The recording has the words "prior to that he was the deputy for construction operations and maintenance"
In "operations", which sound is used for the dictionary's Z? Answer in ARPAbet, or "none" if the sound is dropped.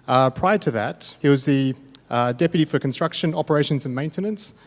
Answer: Z